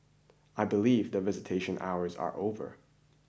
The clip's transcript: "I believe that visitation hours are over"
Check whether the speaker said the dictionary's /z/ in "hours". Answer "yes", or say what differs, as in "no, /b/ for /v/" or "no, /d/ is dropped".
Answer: yes